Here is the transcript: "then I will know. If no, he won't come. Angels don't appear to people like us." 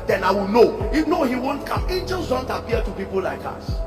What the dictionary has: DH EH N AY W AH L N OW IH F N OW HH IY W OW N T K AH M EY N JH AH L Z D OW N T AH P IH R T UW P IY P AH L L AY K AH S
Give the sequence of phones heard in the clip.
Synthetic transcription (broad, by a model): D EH N AY W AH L N OW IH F N OW HH IY W OW N T K AH M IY JH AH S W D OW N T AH P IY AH T UW P IY P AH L L AY K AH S